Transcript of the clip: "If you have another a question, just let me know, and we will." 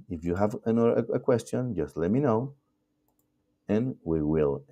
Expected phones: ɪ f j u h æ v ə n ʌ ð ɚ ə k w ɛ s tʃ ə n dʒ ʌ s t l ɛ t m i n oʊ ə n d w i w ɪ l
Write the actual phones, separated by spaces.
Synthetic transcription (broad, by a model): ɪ f j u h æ v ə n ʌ ɚ ə k w ɛ s tʃ ə n dʒ ʌ s t l ɛ t m i n oʊ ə n w i w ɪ l